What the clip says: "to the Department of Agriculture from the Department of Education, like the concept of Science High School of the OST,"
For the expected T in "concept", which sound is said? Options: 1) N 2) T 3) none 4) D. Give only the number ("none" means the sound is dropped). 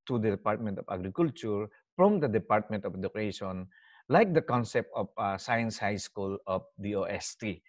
2